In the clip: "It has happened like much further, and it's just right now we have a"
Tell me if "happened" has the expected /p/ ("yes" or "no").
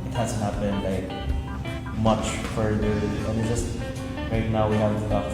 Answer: no